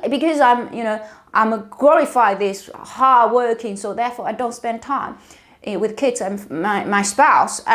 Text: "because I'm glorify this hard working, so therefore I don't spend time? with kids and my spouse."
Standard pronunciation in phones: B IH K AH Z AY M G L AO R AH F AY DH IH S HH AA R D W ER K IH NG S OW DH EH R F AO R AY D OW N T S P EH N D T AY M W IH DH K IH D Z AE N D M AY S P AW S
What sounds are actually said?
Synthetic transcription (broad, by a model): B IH K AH Z AY M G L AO R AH F AY DH IH S HH AA R D W ER K IH NG S OW DH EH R F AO R AY D OW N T S P EH N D T AY M W IH DH K IH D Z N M M AY S P AW S